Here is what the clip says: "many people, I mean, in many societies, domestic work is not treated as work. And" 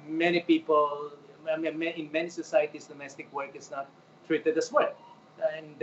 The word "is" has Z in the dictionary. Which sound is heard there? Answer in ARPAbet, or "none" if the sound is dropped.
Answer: S